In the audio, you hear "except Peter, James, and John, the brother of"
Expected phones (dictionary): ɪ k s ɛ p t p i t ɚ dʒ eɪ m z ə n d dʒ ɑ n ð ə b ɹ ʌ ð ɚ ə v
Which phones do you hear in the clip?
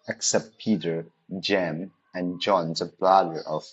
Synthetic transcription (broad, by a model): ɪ k s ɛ p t p i t ɚ dʒ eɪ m ə n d dʒ ɑ n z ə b l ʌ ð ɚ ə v